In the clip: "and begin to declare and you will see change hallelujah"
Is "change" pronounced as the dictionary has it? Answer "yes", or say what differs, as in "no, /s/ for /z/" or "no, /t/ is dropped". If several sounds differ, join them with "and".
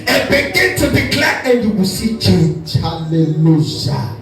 no, /n/ is dropped